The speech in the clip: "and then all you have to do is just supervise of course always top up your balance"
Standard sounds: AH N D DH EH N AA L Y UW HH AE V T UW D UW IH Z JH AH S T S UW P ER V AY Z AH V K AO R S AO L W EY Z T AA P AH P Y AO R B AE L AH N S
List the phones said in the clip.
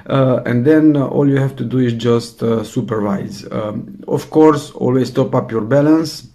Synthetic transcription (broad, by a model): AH N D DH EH N AA L Y UW HH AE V T UW D UW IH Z JH AH S T S UW P ER V AY Z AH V K AO R S AO L W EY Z T AA P AH P Y AO R B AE L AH N S